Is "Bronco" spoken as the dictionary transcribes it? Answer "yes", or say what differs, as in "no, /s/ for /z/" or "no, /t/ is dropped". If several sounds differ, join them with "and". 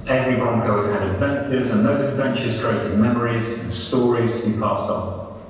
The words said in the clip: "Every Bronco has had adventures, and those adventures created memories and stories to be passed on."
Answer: yes